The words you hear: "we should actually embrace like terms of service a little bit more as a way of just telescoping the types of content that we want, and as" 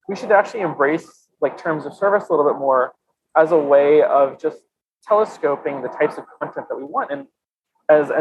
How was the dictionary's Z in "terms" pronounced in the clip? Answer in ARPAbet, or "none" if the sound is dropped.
Z